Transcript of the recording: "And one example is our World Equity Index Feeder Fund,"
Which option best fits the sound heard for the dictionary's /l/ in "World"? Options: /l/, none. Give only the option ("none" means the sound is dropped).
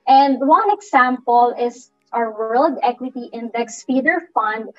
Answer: /l/